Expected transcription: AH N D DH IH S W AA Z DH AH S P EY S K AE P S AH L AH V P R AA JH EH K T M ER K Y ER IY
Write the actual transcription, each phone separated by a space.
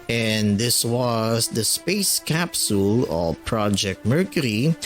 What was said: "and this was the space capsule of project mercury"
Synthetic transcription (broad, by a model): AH N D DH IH S W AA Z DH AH S P EY S K AE P S AH L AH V P R AA JH EH K T M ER K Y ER IY